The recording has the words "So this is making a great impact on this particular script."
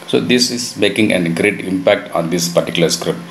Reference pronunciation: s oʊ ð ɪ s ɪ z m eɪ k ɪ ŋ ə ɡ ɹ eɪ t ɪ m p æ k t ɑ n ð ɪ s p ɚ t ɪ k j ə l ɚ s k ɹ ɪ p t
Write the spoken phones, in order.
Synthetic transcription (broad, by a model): s oʊ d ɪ s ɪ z m eɪ k ɪ ŋ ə ɡ ɹ eɪ t ɪ m p æ k t ɑ n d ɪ s p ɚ t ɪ k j l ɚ s k ɹ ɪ p t